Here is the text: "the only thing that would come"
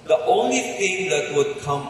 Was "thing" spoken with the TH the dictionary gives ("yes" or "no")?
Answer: no